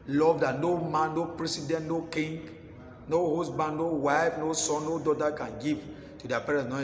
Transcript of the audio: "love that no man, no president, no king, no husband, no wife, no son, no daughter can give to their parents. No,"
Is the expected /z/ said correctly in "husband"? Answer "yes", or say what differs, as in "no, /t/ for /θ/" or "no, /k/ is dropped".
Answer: no, /s/ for /z/